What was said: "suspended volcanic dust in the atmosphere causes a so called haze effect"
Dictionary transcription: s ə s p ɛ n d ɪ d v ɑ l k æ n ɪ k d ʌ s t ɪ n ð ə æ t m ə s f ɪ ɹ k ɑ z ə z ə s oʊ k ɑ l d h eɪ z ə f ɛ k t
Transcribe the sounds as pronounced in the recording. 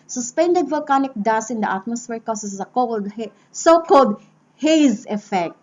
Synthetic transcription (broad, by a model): s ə s p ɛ n d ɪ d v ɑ l k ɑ n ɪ k d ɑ s ɪ n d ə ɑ t m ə s f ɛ ɹ k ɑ s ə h ə s oʊ k ɑ l d h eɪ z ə f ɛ k t